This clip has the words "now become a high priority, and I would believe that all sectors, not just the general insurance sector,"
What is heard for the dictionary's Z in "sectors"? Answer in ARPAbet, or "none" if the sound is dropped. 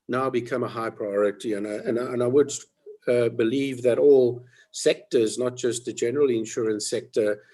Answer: Z